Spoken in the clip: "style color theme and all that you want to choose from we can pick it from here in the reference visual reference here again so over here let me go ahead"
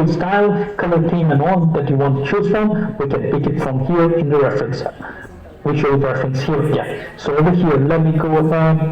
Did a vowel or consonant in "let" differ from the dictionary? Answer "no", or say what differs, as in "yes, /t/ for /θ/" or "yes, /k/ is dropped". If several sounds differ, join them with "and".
no